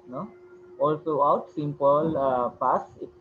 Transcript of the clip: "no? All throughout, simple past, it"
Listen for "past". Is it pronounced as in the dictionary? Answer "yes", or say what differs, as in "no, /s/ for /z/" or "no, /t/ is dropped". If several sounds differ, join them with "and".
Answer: no, /t/ is dropped